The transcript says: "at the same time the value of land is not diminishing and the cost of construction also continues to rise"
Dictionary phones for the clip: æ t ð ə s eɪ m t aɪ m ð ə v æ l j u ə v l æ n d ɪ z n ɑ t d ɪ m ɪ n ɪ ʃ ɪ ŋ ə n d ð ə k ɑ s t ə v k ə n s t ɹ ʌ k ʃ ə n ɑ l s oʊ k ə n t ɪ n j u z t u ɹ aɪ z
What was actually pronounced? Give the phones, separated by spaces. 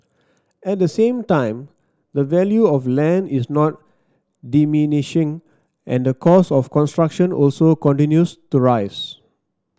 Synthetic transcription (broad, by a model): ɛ t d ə s eɪ m t aɪ m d ə v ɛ l j u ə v l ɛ n d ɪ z n ɑ t d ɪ m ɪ n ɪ ʃ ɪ ŋ ə n d ə k ɑ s ə f k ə n s t ɹ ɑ k ʃ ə n ɑ l s oʊ k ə n t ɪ n j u s t u ɹ aɪ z